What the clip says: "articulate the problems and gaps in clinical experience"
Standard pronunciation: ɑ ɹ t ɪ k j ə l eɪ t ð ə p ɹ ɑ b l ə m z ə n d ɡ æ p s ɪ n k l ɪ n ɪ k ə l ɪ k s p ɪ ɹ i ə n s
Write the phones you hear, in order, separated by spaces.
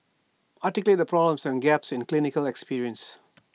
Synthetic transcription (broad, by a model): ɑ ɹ t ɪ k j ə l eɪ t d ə p ɹ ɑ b l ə m s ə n ɡ æ p s ɪ n k l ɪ n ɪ k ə l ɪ k s p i ɹ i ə n s